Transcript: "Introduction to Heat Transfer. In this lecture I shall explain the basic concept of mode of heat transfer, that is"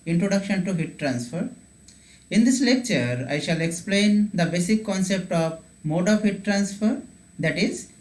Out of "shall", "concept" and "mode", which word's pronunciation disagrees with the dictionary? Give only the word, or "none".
none